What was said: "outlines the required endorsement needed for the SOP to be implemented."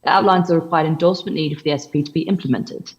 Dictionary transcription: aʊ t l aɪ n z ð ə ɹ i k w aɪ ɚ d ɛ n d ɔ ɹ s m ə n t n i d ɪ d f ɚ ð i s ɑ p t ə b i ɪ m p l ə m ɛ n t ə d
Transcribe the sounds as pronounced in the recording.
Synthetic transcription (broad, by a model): aʊ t l aɪ n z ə ɹ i k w aɪ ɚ d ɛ n d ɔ l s m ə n n i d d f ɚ ð i s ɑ p t ə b i ɪ m p l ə m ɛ n t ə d